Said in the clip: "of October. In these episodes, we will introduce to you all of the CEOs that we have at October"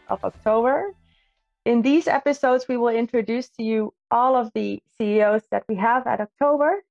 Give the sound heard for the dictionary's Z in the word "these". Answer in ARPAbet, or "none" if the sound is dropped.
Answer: Z